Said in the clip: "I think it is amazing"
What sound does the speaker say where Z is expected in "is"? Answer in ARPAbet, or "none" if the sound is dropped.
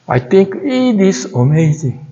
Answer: S